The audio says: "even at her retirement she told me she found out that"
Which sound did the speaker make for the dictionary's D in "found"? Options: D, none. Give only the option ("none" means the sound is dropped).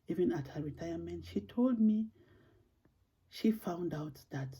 D